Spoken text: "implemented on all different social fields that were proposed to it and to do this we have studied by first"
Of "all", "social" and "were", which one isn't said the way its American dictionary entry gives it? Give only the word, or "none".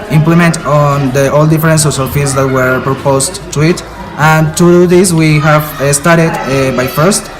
social